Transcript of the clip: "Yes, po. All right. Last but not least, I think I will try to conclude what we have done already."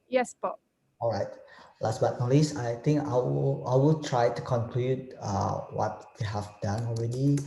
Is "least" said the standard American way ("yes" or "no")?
no